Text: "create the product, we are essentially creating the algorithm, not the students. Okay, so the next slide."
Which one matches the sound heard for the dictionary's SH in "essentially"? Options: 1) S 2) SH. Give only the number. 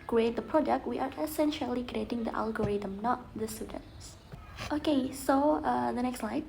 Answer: 2